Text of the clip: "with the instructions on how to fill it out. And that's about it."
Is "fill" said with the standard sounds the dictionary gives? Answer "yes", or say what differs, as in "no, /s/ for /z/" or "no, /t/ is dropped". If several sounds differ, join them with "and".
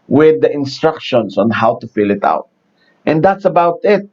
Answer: yes